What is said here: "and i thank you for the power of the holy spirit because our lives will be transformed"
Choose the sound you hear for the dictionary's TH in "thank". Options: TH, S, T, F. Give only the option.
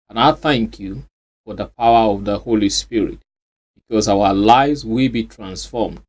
TH